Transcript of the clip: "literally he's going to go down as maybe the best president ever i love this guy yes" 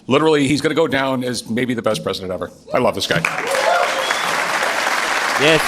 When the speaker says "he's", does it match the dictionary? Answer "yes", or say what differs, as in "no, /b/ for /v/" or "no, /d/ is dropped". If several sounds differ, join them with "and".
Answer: yes